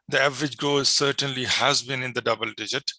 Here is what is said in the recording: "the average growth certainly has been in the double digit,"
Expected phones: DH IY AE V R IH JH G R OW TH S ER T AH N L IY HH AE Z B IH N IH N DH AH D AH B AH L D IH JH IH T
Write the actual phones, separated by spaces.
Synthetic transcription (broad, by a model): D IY AE V R IH JH G OW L S ER T AH N L IY HH AE Z B IH N IH N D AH D AH B AH L D IH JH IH T